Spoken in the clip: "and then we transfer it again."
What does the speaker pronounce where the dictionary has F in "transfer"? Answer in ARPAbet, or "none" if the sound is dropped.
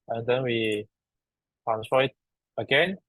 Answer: none